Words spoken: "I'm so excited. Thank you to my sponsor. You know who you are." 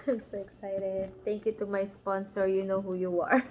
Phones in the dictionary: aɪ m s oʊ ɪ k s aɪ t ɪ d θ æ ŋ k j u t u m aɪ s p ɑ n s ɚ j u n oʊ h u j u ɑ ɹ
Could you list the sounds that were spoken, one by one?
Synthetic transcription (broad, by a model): aɪ m s oʊ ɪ k s aɪ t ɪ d t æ ŋ k j u t u m aɪ s p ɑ n s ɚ j u n oʊ h u j u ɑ ɹ